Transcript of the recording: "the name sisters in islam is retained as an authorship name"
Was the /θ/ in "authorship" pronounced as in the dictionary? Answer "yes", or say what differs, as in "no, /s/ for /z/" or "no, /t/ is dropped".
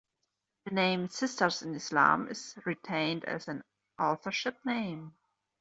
yes